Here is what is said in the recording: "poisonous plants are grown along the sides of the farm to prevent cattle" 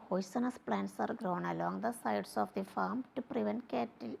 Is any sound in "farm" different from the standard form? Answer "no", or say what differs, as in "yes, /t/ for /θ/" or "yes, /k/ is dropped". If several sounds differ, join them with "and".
no